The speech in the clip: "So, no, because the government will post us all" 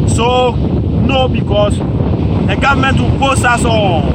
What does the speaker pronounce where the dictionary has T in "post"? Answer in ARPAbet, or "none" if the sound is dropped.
none